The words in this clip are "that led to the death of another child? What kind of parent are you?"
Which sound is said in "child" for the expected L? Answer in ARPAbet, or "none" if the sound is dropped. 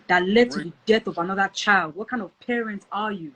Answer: L